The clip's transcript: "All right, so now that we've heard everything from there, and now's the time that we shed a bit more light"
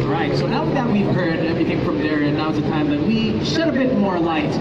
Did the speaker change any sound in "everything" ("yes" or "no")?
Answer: no